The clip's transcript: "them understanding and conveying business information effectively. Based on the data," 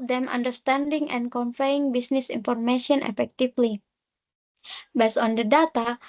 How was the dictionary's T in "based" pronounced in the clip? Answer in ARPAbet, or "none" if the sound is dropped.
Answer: none